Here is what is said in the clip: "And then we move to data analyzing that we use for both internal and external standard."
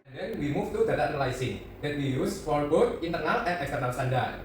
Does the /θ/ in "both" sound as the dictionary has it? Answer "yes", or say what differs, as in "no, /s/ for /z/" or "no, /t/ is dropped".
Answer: no, /t/ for /θ/